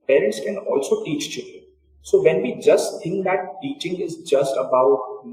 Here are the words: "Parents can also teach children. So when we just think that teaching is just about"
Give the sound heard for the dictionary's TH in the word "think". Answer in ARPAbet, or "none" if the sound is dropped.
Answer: T